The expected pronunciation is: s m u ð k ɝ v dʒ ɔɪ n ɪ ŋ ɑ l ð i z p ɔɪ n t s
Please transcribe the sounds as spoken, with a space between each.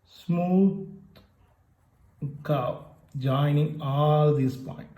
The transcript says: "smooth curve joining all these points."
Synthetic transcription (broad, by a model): s m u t k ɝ p dʒ ɔɪ n ɪ ŋ ɑ l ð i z p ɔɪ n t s